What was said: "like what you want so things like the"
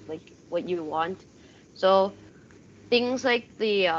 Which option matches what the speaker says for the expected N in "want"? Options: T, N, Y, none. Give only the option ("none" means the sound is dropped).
N